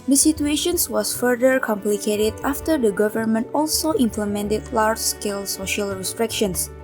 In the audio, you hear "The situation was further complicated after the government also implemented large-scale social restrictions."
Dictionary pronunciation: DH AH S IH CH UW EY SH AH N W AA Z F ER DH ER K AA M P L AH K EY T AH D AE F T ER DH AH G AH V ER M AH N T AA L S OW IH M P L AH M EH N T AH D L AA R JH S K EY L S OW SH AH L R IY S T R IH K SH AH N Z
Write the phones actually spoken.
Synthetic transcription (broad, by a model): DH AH S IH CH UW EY SH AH N W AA S F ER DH ER K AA M P L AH K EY T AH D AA F T ER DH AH G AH V ER M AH N T AA L S OW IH M P L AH M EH N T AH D L AA R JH S K EY L S OW SH AH L R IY S T R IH K SH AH N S